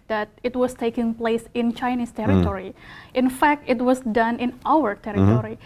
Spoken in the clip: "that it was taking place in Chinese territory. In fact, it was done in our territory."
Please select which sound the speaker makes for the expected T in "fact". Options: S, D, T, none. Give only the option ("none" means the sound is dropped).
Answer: T